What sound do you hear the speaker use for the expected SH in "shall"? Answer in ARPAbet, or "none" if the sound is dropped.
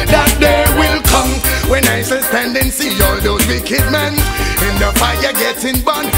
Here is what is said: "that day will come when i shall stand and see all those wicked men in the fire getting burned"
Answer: S